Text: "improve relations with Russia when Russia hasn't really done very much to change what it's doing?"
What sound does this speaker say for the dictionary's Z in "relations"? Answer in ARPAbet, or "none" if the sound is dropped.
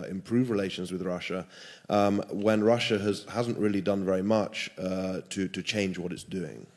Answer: Z